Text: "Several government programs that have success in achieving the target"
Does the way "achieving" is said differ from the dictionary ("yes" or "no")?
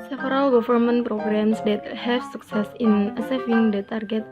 yes